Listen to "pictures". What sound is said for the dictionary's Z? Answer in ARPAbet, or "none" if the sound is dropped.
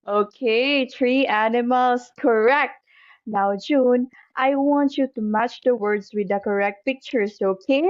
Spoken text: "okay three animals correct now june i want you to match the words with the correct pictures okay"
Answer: S